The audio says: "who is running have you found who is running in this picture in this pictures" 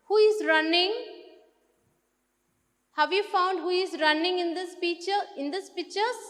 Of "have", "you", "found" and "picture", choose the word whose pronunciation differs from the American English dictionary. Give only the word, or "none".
picture